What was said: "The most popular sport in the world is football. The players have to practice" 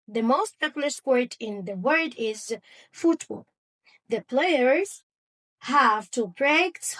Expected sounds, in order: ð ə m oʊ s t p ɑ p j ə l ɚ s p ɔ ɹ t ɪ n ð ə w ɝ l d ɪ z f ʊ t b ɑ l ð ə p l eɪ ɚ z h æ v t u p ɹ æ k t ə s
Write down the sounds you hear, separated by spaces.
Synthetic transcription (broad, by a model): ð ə m oʊ s t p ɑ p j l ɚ s p ɔ ɹ t ɪ n ð ə w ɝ d ɪ z f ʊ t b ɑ l ð ə p l eɪ ɚ z h æ v t u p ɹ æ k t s